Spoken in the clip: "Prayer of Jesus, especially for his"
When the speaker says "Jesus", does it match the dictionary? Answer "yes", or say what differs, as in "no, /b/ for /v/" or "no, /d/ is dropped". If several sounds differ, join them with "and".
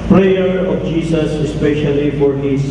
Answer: no, /s/ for /z/